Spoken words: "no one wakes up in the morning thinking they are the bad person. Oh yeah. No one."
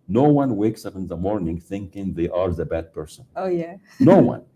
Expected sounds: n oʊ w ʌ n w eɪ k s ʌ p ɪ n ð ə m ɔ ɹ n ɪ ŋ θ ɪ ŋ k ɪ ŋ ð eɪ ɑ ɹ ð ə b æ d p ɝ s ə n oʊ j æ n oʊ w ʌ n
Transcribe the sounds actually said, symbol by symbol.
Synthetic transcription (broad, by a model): n oʊ w ʌ n w eɪ k s ʌ p ɪ n ð ə m ɔ ɹ n ɪ ŋ θ ɪ ŋ k ɪ ŋ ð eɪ ɑ ɹ ð ə b æ d p ɝ s ə n oʊ j æ n oʊ w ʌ n